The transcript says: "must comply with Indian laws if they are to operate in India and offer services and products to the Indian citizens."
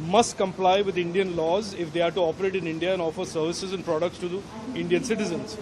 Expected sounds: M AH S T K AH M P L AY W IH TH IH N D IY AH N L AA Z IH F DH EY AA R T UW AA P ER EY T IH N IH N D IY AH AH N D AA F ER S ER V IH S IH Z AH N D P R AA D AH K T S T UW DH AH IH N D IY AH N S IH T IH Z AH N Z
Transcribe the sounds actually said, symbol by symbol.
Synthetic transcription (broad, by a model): M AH S T K AH M P L AY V IH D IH N D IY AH N L AA Z IH F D EY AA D T UW AA P ER EY T IH N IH N D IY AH AH N D AA F ER S ER V IH S IH Z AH N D P R AA D AH K T S T UW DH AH IH N D IY AH N S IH T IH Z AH N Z